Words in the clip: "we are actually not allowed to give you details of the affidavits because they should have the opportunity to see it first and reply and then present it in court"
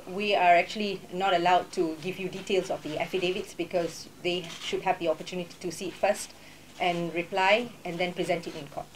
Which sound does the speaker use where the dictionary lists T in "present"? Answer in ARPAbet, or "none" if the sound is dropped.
T